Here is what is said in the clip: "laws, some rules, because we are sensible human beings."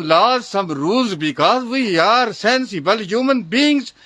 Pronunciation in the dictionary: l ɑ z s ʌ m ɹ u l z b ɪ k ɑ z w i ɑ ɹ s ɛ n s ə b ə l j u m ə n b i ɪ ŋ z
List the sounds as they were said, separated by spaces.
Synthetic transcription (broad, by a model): l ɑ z s ʌ m ɹ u z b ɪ k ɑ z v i ɑ ɹ s ɛ n s ə b ə l j u m ə n b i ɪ ŋ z